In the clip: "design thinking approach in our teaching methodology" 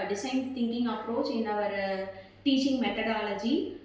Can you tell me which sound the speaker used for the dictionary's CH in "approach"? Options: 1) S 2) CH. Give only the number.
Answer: 2